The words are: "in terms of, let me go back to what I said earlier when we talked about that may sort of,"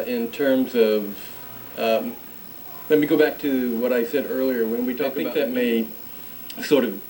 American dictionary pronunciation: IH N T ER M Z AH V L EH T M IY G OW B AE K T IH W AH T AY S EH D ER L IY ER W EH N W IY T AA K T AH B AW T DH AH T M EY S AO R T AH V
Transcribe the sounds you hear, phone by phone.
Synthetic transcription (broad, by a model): IH N T ER M Z AH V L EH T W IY G OW B AE K T IH W AH T AY S EH D ER L IY ER W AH N W IY T AA K AH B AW DH AH T M EY S AO R T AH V